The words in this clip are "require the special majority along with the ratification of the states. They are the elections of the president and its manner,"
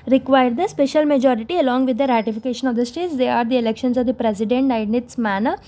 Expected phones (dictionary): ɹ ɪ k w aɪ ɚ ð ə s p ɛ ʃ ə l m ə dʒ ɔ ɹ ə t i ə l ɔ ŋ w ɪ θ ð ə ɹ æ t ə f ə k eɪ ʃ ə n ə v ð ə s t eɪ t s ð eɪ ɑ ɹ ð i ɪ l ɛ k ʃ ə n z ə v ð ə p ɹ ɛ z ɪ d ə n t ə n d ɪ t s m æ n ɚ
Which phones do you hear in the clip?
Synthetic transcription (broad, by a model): ɹ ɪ k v aɪ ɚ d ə s p ɛ ʃ ə l m ə dʒ ɔ ɹ ə t i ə l ɔ ŋ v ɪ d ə ɹ æ t ə f ə k eɪ ʃ ə n ə v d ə s t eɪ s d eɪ ɑ ɹ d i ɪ l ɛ k ʃ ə n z ə v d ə p ɹ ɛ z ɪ d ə n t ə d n ɪ t s m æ n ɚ